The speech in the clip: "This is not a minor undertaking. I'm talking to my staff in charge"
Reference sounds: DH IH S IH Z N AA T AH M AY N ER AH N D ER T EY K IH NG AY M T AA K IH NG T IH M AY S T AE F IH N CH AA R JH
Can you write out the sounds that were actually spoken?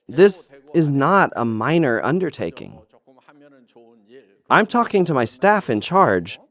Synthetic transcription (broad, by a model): DH IH S IH Z N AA T AH M AY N ER AH N D ER T EY K IH NG AY M T AA K IH NG T IH M AY S T AE F IH N CH AA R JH